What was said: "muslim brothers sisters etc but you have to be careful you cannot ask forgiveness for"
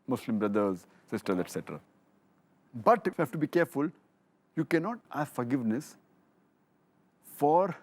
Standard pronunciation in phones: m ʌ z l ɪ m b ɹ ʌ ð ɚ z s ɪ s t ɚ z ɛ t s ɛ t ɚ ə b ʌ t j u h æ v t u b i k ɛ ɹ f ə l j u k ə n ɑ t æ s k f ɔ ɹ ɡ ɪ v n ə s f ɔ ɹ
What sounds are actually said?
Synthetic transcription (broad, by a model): m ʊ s l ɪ m b ɹ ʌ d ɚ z s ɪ s t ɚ ɛ t s ɛ t ɚ ə b ʌ t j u h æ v t u b i k ɛ ɹ f ə l j u k ə n ɑ t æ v f ɔ ɹ ɡ ɪ v n ə s f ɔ ɹ